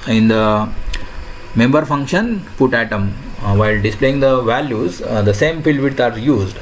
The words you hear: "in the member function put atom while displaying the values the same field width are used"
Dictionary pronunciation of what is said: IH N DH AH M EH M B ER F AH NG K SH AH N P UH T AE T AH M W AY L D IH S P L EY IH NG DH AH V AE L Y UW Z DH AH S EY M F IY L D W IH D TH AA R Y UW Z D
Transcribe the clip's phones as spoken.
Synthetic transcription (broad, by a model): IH N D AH M EH M B ER F AH NG K SH AH N P UH T AE T AH M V AY L D IH S P L EY IH NG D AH V AE L Y UW Z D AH S EY M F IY L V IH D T AA R Y UW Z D